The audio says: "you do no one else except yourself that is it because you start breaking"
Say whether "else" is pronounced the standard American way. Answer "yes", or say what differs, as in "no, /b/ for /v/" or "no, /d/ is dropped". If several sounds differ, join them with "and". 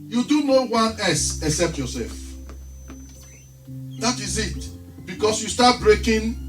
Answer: no, /l/ is dropped